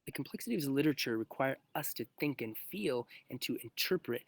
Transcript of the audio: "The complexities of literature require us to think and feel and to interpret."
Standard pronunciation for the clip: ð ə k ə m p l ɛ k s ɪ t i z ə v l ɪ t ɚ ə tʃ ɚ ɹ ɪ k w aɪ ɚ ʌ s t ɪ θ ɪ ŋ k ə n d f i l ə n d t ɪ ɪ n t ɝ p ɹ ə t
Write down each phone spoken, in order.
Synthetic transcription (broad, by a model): ð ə k m p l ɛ k s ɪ t i ə v l ɪ t ɚ ə tʃ ɚ ɹ ɪ k w aɪ ɚ ʌ s t ɪ θ ɪ ŋ k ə n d f i l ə n t ɪ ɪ n t ɝ p ɹ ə t